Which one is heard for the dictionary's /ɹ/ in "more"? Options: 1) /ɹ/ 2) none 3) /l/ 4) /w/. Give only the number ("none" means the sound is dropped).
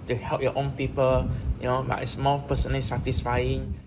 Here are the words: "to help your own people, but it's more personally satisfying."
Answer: 3